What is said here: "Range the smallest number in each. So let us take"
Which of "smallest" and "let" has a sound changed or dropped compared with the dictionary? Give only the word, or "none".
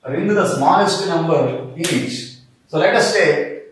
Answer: smallest